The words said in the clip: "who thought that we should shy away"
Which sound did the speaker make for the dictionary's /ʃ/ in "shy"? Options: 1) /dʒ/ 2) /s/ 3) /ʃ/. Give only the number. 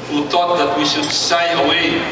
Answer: 2